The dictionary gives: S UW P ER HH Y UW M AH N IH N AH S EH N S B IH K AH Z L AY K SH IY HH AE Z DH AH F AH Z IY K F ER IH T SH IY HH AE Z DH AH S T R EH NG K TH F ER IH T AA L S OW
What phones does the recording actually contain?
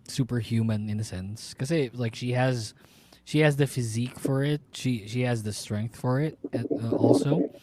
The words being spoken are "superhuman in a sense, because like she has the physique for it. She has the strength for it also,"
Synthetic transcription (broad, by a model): S UW P ER HH Y UW M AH N IH N AH S EH N S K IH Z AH L AY K SH IY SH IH Z DH AH F AH Z IY K F ER IH T SH IY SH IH Z DH AH S T R EH NG K TH F ER IH T AA L S OW